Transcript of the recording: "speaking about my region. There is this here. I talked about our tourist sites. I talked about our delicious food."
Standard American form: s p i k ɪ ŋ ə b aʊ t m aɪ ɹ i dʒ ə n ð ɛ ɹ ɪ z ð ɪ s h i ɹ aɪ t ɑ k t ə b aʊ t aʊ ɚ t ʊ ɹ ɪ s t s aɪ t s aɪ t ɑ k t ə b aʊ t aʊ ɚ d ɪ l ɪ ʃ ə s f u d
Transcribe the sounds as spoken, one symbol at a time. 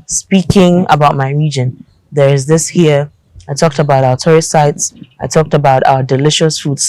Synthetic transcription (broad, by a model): s p i k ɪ ŋ ə b aʊ t m aɪ ɹ i dʒ ə n ð ɛ ɹ ɪ z ð ɪ s h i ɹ aɪ t ɑ k t ə b aʊ t aʊ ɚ t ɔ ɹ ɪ t s aɪ t s aɪ t ɑ k t ə b aʊ t aʊ ɚ d ɪ l ɪ ʃ ə s f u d